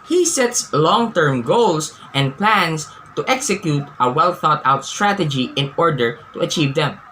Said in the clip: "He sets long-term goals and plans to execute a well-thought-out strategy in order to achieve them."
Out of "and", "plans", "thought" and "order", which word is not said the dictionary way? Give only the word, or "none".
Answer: plans